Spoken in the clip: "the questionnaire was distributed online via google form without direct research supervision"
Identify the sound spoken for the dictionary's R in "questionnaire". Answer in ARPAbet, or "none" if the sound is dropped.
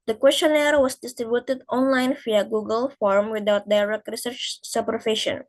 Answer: R